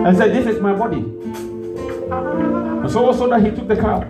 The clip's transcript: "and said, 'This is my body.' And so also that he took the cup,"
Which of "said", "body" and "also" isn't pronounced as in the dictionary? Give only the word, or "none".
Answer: also